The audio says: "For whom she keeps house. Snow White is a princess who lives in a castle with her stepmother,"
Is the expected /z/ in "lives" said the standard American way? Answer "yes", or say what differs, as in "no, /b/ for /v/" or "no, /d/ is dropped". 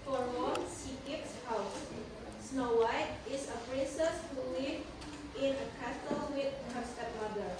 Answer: no, /z/ is dropped